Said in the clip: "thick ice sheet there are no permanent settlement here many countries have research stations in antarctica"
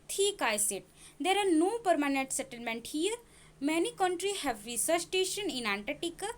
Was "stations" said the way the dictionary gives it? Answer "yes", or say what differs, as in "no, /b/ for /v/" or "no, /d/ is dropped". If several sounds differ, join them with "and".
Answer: no, /z/ is dropped